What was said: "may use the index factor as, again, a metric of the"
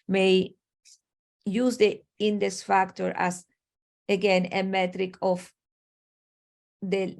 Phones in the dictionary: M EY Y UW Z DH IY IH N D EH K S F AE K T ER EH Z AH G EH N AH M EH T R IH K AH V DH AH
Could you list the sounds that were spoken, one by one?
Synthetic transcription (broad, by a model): M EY Y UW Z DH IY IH N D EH S F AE K T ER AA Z AH G EH N AH M EH T R IH K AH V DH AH